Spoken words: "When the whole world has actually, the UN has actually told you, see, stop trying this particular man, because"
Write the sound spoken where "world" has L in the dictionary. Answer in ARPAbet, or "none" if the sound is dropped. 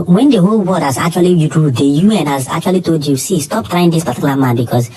none